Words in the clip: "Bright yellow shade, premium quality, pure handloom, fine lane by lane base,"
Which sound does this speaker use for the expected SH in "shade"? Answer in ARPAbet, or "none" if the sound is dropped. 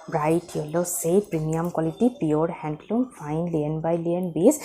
S